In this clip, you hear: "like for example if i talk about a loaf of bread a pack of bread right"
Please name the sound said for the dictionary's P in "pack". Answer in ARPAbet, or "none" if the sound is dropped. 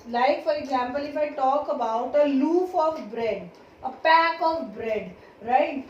P